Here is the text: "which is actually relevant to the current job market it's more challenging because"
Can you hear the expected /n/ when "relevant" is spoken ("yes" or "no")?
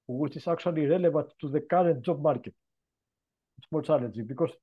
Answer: no